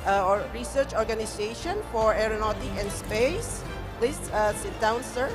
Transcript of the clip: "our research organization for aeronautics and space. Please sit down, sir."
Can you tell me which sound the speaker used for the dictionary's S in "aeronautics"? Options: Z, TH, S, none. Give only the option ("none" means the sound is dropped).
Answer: none